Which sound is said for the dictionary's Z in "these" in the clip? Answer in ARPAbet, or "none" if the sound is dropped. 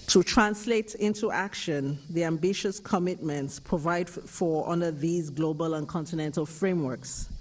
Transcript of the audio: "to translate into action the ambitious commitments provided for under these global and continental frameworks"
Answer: Z